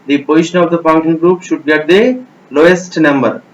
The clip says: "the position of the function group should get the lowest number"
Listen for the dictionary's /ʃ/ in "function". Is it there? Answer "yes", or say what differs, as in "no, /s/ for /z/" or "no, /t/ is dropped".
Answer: no, /ʃ/ is dropped